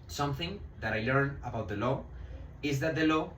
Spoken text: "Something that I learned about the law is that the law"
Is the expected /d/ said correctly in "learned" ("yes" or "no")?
no